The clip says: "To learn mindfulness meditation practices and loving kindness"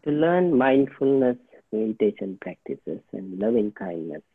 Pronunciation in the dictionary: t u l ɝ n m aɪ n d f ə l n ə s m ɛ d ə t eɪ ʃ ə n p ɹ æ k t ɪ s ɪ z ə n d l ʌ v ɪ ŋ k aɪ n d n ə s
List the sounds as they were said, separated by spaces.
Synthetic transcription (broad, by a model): t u l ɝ n m aɪ n d f ə l n ə s m ɛ d ə t eɪ ʃ ə n p ɹ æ k t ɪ s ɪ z ə n d l ʌ v ɪ ŋ k aɪ n d n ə s